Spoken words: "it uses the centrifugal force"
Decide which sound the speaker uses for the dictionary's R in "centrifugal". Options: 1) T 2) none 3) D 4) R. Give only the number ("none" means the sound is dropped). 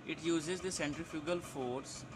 4